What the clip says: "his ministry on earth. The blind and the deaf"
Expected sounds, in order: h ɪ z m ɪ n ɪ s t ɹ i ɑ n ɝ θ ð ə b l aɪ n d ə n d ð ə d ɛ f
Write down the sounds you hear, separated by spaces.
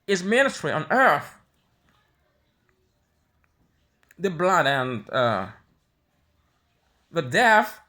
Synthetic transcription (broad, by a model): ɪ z m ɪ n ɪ t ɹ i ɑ n ɝ θ ð ə b l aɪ d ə n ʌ ð ə d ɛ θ